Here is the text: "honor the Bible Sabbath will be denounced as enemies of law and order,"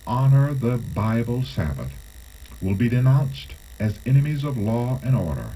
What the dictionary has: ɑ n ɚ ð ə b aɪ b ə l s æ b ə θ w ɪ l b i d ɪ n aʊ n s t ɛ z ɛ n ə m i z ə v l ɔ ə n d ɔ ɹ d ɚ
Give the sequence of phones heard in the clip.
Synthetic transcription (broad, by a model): ɑ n ɚ ð ə b aɪ b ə l s æ b ə θ w ɪ l b i d ɪ n aʊ n s t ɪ z ɛ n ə m i z ə v l ɔ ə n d ɔ ɹ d ɚ